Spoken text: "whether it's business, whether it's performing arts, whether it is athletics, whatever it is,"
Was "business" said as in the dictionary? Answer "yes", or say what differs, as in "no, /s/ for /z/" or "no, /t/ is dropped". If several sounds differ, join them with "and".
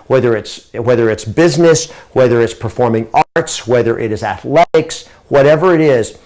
yes